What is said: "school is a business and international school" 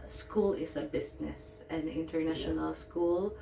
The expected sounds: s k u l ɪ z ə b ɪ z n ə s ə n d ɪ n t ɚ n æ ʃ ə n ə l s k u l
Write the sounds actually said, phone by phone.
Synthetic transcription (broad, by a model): s k u l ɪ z ə b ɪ s n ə s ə n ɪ n t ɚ n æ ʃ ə n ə l s k u l